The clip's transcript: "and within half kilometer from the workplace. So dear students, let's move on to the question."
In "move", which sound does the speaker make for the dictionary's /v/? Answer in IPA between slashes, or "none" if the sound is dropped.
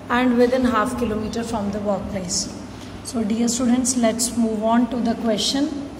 /v/